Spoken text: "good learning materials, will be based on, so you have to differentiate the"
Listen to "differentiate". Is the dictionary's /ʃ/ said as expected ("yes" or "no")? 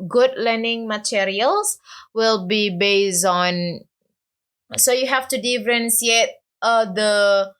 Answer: no